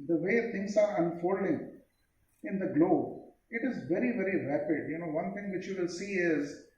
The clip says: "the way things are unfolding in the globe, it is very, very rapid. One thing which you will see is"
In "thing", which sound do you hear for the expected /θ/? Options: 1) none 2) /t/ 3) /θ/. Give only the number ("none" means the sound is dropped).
2